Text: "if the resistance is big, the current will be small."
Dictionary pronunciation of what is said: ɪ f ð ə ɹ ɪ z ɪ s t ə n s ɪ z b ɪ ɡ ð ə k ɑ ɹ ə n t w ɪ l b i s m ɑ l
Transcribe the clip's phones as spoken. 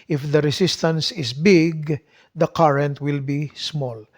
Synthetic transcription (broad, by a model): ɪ f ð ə ɹ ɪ s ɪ s t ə n s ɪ s b ɪ ɡ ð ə k ɑ ɹ ə n t w ɪ l b i s m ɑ l